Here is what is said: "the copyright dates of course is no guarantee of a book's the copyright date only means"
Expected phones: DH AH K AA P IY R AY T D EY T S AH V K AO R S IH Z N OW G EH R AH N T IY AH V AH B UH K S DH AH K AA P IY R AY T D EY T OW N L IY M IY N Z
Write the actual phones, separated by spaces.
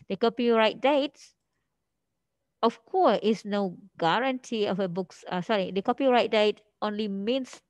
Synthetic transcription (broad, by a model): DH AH K AA P IY R AY T D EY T AH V K AO S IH S N OW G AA R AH N T IY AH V AH B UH K S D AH K AA P IY R AY T D EY T OW N L IY M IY N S